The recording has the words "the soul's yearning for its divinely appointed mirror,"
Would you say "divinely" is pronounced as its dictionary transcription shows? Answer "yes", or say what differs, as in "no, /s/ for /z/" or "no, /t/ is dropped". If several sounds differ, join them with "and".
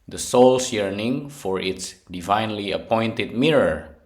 yes